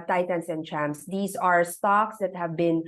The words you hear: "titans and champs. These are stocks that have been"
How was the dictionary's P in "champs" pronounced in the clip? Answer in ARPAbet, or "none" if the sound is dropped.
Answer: none